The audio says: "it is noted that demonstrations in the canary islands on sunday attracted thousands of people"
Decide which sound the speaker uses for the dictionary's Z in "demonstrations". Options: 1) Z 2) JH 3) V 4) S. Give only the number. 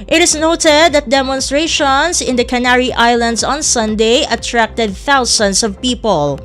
4